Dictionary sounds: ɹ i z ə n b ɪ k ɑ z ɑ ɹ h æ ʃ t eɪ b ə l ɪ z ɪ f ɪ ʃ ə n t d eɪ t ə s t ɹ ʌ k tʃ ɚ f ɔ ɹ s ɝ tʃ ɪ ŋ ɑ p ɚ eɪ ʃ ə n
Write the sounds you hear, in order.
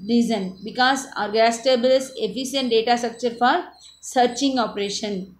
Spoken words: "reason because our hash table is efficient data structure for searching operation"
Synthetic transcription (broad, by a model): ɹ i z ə n b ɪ k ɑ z ɑ ɹ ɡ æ s t eɪ b ə l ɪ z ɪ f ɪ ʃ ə n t d eɪ t ə s t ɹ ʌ k tʃ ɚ f ɔ ɹ s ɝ tʃ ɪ ŋ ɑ p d eɪ ʃ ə n